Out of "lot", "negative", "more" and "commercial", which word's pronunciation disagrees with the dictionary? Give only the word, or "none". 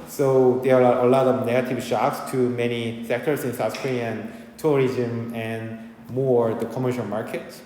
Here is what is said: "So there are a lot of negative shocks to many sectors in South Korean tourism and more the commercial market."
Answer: none